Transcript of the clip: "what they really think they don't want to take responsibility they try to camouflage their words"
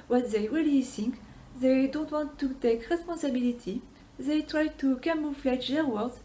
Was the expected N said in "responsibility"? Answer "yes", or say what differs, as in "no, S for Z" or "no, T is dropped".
no, N is dropped